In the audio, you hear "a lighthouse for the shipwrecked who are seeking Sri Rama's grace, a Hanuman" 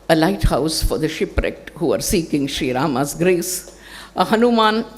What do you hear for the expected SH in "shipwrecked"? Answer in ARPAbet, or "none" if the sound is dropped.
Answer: SH